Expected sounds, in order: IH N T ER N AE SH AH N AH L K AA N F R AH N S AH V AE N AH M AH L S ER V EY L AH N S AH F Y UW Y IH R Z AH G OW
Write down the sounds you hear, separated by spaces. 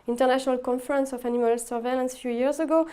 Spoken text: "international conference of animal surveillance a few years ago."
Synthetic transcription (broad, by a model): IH N T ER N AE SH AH N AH L K AA N F R AH N S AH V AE N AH M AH L S ER V EY L AH N S F Y UW Y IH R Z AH G OW